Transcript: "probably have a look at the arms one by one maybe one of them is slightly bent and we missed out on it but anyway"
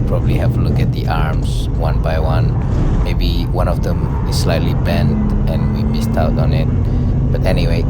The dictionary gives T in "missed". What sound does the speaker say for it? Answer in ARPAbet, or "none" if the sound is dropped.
T